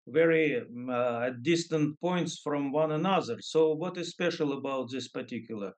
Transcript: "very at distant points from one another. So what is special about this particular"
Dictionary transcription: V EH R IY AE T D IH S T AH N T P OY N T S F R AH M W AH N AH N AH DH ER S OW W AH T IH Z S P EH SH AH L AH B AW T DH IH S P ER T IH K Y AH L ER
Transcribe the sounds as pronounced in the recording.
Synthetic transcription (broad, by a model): V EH R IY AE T D IH S T AH N T P OY N T S F R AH M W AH N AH N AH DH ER S OW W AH T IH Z S P EH SH AH L AH B AW T DH IH S P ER T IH K Y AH L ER